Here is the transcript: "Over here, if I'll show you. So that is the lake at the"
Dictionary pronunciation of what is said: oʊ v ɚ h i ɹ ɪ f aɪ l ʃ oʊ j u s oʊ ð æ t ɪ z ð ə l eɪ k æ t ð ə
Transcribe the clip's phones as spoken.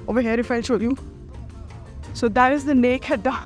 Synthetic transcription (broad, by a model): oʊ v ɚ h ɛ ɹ ɪ f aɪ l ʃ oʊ j u s oʊ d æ t ɪ z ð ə n eɪ k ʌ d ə